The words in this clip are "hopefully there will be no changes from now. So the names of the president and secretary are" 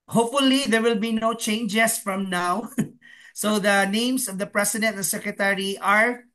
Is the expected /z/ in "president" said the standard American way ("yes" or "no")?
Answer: no